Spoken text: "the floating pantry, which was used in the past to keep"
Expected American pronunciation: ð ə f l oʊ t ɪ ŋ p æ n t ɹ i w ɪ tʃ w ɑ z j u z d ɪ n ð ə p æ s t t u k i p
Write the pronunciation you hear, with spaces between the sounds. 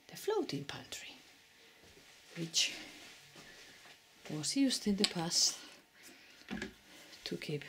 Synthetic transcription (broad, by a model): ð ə f l oʊ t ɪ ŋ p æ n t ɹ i w ɪ tʃ w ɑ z j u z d ɪ n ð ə p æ s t t u k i p